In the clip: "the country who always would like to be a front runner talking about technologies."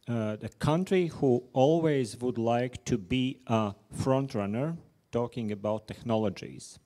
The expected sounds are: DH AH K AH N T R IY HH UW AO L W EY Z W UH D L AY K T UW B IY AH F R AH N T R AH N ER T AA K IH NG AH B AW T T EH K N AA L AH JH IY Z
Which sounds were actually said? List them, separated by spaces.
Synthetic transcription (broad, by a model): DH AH K AH N T R IY HH UW AO L W EY Z W UH D L AY K T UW B IY AH F R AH N T R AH N ER T AA K IH NG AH B AW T T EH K N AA L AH JH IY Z